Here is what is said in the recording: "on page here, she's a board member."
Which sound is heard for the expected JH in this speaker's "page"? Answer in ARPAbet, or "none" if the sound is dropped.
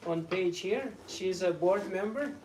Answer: JH